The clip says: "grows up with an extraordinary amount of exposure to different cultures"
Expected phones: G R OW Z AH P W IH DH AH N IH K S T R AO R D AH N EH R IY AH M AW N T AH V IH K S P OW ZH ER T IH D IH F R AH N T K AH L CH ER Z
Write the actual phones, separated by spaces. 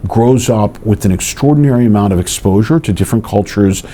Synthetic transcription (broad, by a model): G R OW Z AH P W IH DH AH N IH K S T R AO R D N EH R IY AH M AW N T AH V IH K S P OW ZH ER T IH D IH F R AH N K AH L CH ER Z